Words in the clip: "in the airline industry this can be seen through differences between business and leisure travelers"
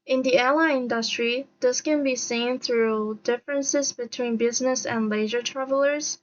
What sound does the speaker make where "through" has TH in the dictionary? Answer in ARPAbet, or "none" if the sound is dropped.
TH